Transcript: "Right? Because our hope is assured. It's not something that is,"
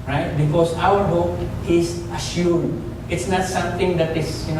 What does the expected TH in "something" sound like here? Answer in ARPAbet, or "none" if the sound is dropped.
T